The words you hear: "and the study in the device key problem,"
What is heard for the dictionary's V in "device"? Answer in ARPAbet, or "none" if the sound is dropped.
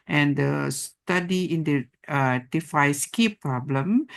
F